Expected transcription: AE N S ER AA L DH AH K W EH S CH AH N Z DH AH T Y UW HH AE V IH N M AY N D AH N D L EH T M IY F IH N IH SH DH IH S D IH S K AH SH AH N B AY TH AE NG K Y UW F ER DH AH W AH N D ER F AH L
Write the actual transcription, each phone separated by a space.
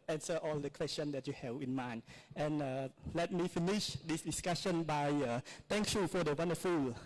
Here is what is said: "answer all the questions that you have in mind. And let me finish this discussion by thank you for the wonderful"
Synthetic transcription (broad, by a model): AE N S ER AA L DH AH K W EH S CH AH N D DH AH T Y UW HH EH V IH N M AY N AH N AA L EH T M IY F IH N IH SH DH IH S D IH S K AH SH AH N B AY T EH NG K Y UW F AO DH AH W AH N D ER F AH L